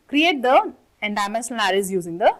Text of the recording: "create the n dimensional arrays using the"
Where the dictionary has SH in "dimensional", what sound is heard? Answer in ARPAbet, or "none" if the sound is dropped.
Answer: S